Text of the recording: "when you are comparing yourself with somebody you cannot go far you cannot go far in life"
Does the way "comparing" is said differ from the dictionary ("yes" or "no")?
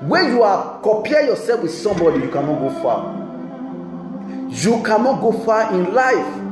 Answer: yes